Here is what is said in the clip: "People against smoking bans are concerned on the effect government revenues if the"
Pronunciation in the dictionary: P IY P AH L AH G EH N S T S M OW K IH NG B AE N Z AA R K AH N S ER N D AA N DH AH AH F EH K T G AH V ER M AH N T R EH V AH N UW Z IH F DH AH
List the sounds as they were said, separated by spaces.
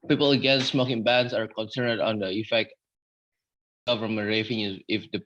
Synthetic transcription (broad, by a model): P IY P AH L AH G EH N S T S M OW K IH NG B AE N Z AA R K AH N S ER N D AA N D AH AH F EH K T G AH V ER M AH N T R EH F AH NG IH IH F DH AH